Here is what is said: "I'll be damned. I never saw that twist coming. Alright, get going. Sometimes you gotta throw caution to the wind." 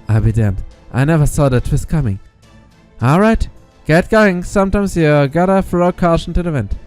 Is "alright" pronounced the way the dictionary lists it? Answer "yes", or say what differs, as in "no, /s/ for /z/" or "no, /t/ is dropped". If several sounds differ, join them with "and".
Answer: yes